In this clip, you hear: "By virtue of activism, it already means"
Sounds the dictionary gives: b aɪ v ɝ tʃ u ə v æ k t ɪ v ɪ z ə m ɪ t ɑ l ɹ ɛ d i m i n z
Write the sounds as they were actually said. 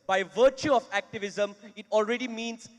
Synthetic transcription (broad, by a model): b aɪ v ɝ tʃ u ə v æ k t ɪ v ɪ z ə m ɪ t ɑ l ɹ ɛ d i m i n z